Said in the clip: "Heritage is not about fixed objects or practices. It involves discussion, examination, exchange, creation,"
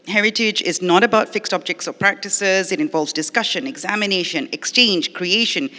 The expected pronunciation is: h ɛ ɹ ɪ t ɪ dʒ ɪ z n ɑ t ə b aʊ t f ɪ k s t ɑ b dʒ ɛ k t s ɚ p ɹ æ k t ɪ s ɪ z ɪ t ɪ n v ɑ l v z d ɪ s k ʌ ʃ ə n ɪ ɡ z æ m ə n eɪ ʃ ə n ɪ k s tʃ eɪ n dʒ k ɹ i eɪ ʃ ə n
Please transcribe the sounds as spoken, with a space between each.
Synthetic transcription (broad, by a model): h ɛ ɹ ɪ t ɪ dʒ ɪ z n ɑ t ə b aʊ t f ɪ k s t ɑ b dʒ ɛ k t s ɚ p ɹ æ k t ɪ s ɪ z ɪ t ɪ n v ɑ l v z d ɪ s k ʌ ʃ ə n ɪ ɡ z æ m ə n eɪ ʃ ə n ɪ k s tʃ eɪ n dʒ k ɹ i eɪ ʃ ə n